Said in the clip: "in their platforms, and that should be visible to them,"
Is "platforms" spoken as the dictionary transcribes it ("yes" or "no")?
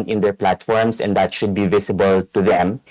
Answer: no